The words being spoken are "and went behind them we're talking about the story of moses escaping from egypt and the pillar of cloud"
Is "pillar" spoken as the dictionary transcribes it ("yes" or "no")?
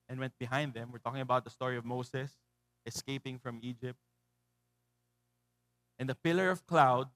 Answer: yes